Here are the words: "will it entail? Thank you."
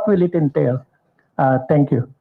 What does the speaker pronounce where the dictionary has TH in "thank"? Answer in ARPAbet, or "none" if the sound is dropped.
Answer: T